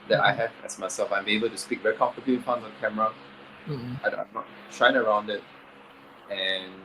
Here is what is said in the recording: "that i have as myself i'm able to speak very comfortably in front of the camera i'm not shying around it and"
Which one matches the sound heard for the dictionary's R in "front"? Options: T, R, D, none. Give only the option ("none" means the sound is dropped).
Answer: none